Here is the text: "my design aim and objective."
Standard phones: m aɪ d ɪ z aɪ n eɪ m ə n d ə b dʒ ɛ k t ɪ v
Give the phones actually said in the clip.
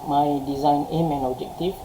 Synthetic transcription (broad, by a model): m aɪ d ɪ z aɪ n eɪ m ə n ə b dʒ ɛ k t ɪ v